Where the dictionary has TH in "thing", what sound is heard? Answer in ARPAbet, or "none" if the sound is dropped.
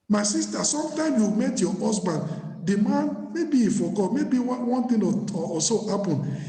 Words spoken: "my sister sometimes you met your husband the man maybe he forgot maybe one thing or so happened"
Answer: T